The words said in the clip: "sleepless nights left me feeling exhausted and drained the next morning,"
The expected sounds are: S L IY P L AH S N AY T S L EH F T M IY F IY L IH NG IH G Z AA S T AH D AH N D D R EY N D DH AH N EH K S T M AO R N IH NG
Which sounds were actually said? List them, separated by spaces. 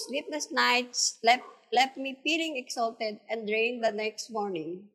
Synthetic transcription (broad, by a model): S L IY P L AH S N AY T S L EH F T M IY P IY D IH NG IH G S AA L T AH D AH N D D R EY N D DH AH N EH K S T M AO R N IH NG